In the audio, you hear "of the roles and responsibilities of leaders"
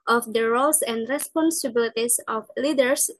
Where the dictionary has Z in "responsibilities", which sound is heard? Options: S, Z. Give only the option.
S